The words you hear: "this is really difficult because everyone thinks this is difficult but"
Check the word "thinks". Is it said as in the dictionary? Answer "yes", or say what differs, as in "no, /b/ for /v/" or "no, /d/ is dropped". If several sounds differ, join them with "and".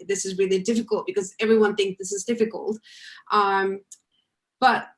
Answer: yes